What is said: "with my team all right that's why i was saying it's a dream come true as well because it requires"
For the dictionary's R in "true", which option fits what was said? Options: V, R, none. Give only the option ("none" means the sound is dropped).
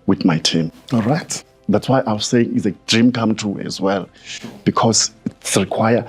none